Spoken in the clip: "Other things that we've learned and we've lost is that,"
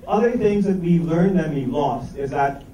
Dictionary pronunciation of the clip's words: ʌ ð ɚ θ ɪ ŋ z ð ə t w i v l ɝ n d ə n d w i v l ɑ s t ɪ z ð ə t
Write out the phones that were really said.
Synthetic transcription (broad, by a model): ʌ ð ɚ θ ɪ ŋ z ð ə t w i l ɝ n d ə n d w i l ɑ s t ɪ z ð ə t